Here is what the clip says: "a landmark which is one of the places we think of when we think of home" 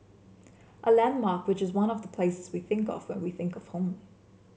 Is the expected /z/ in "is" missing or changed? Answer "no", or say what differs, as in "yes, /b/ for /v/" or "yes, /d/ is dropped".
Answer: no